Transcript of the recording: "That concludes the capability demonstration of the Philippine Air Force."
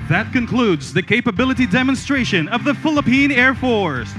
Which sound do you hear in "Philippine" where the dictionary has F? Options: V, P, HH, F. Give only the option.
F